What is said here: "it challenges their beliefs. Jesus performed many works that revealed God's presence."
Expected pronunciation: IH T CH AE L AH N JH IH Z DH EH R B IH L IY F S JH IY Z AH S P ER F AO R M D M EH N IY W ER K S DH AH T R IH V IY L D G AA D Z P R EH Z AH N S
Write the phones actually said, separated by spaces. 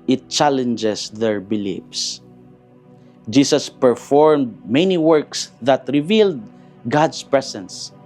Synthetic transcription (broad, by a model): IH T CH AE L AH N JH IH S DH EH R B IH L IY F S JH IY S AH S P ER F AO R M D M EH N IY W ER K S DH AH T R IH V IY L D G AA D S P R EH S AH N S